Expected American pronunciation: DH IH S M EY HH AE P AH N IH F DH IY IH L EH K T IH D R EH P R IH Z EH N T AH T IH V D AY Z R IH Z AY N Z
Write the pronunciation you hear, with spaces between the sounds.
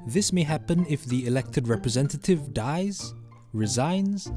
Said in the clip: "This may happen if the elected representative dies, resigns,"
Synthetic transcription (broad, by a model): DH IH S M EY HH AE P AH N IH F DH IY IH L EH K T IH D R EH P R IH Z EH N T AH T IH V D AY Z R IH Z AY N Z